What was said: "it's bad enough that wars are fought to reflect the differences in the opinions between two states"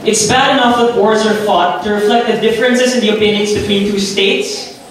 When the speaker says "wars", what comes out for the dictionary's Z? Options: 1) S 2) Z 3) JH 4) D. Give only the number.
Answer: 2